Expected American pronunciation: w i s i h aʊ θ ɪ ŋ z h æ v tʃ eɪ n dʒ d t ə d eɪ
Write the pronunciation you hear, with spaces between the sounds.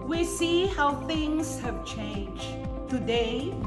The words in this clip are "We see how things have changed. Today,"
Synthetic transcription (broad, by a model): w i s i h aʊ θ ɪ ŋ z h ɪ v tʃ eɪ n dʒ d t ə d eɪ